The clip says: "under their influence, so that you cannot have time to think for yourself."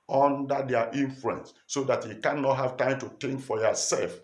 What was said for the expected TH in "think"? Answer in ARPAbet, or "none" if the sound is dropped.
T